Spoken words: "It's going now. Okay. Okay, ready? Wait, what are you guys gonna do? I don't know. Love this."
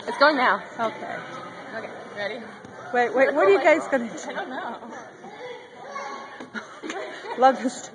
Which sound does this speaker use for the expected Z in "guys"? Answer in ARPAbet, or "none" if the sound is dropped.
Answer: S